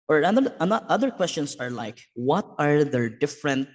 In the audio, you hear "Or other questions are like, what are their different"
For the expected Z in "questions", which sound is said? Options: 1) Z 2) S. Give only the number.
2